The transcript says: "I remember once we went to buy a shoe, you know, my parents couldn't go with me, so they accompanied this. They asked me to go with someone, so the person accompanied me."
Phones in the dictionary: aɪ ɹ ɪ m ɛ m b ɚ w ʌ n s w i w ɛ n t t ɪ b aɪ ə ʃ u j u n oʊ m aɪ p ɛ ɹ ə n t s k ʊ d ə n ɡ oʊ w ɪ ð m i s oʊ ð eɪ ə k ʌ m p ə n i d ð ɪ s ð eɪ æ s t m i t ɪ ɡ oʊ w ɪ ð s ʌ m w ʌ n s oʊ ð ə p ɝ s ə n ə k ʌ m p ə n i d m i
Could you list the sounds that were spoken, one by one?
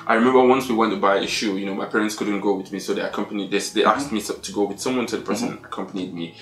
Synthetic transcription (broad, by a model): aɪ ɹ ɪ m ɛ m b ɚ w ʌ n s w i w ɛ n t t ɪ b aɪ ə ʃ u j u n oʊ m aɪ p ɛ ɹ ə n t s k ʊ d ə n ɡ oʊ w ɪ ð m i s oʊ ð eɪ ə k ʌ m p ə n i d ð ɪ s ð eɪ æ s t m i t ɪ ɡ oʊ w ɪ ð s ʌ m w ʌ n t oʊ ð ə p ɝ s ə n ə k ʌ m p ə n i d m i